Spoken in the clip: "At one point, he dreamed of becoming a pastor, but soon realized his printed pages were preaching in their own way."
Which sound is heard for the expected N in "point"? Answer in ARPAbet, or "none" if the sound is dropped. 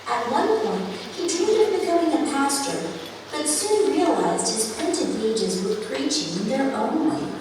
N